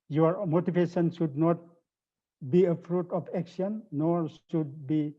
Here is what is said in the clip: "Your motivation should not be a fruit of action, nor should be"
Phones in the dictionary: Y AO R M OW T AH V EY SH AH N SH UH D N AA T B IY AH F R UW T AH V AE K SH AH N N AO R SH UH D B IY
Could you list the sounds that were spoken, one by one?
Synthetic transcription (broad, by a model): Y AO R M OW T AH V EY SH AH N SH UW D N AA T B IY AH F R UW T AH P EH K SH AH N N AO R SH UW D B IY